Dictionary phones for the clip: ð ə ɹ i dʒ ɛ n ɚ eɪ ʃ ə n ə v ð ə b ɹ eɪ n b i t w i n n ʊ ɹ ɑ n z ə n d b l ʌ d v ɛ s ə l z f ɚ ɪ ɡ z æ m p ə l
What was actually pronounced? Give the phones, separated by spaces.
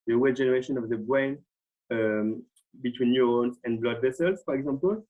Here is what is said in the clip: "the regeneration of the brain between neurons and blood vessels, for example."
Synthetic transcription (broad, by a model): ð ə w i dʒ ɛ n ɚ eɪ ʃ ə n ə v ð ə b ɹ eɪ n b i t w i n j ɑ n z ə n b l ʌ d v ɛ s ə l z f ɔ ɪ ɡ z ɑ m p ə l